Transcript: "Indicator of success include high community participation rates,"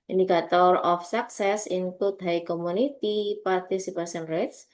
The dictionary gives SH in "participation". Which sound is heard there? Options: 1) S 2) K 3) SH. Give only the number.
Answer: 1